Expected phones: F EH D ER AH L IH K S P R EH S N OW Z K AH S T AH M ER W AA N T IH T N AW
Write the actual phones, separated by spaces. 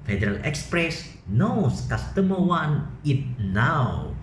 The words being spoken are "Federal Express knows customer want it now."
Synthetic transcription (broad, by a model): F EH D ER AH L IH K S P R EH S N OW S K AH S T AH M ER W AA N IH T N AW